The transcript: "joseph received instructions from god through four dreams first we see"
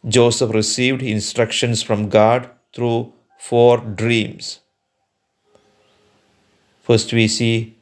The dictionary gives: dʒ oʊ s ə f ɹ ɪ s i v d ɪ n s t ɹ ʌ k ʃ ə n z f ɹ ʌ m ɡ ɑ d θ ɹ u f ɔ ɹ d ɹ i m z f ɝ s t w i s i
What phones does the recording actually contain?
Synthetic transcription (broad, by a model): dʒ oʊ s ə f ɹ ɪ s i v d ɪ n s t ɹ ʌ k ʃ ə n s f ɹ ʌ m ɡ ɑ d t ɹ u f ɔ ɹ d ɹ i m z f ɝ s t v i s i